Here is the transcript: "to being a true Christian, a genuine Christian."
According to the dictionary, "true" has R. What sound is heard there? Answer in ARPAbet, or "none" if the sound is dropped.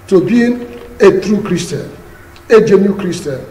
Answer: R